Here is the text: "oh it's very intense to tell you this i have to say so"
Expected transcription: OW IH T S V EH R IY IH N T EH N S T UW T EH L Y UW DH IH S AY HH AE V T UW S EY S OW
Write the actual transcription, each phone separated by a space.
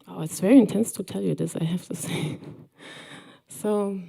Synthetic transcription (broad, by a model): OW IH T S V EH R IY IH N T EH N S T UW T EH L Y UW DH IH S AY HH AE F T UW S EY S OW